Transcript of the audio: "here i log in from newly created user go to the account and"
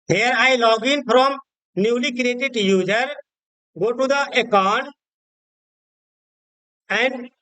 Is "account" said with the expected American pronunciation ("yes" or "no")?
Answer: no